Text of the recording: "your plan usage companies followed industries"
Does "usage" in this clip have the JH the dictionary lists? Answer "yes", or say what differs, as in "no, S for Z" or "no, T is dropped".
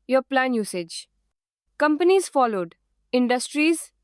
yes